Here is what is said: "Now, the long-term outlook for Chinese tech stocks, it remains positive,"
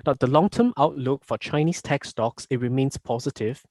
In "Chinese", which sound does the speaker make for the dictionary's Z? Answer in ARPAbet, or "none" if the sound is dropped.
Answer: S